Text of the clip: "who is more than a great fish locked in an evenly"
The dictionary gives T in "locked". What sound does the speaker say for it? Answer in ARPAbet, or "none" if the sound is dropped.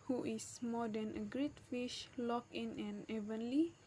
none